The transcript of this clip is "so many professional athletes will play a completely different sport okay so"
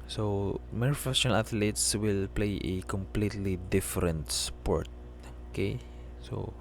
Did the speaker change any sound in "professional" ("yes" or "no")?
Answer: yes